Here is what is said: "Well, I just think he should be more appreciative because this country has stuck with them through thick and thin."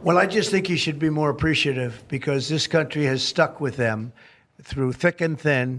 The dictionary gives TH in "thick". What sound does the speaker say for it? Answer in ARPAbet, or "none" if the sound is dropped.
TH